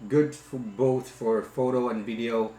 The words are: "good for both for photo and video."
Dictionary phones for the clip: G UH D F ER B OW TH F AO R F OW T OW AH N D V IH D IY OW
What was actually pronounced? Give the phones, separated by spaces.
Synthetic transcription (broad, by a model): G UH D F B OW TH F AO R F OW T OW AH N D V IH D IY OW